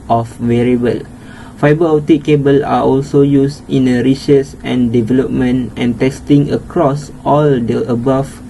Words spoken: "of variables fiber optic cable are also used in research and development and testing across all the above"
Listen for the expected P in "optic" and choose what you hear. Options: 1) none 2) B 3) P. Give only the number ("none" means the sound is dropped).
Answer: 1